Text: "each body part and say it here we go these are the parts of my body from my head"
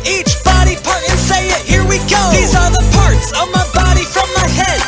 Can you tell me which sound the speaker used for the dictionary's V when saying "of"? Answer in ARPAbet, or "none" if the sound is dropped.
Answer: V